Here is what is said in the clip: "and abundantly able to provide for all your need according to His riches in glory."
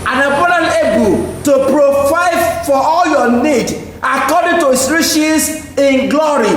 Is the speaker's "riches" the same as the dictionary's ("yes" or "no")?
no